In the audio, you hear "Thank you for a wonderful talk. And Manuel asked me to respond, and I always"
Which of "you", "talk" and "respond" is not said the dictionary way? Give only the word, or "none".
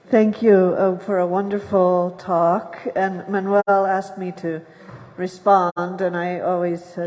none